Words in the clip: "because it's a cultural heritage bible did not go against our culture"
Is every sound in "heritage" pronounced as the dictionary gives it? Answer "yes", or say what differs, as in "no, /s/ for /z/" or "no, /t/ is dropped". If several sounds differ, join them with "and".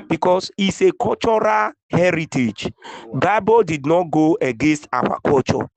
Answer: yes